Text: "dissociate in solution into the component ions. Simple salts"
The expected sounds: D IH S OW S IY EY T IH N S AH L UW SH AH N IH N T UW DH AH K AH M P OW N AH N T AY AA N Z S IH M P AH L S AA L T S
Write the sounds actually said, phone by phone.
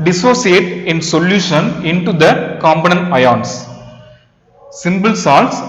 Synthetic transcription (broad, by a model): D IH S OW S IY EY T IH N S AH L UW SH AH N IH N T UW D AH K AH M B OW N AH N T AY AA N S S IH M B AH L S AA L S